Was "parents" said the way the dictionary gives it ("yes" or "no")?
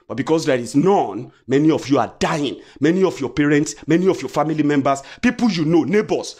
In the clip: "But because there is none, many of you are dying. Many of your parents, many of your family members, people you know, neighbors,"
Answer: yes